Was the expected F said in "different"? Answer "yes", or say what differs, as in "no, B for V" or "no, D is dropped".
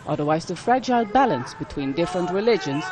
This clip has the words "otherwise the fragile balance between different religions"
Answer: yes